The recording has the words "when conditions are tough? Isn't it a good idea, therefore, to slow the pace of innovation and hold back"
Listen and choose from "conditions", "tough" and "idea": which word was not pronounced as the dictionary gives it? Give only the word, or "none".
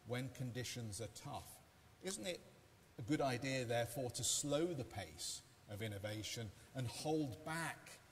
none